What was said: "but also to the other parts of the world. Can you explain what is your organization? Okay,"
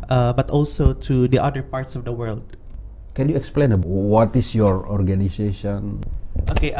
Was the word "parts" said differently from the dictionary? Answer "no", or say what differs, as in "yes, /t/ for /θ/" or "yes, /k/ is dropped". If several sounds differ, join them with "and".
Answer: no